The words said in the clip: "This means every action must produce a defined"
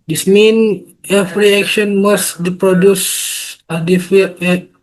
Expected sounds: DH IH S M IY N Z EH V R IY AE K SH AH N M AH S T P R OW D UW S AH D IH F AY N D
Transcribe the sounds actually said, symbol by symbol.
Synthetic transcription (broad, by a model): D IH S M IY N EH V R IY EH K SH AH N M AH S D P R OW D UW S AH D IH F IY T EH